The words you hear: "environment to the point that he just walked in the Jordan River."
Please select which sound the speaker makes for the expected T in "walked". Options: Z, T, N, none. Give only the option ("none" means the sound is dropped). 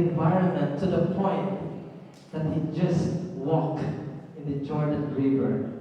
none